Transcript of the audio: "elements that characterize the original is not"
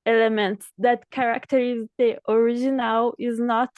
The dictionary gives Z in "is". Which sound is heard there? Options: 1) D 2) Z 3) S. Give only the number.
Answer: 2